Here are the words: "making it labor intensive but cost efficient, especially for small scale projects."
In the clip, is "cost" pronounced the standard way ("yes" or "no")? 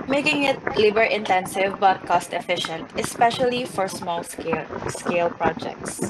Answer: yes